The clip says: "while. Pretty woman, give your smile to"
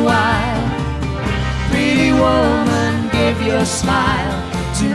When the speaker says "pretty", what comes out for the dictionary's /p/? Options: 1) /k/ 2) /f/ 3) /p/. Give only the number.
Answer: 2